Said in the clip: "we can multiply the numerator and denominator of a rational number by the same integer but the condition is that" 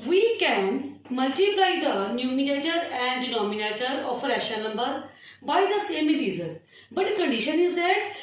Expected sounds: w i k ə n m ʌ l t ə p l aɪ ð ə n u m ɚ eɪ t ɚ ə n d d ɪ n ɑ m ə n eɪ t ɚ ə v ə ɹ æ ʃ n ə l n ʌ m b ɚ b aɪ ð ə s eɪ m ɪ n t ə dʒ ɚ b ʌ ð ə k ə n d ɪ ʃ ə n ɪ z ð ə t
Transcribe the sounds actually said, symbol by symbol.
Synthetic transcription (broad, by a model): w i k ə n m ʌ l t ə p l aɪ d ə n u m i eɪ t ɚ ə n d d ɪ n ɑ m ə n eɪ t ɚ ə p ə ɹ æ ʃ ə n ʌ m b ɚ b aɪ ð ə s eɪ m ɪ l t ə z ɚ b ʌ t k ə n d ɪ ʃ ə n ɪ z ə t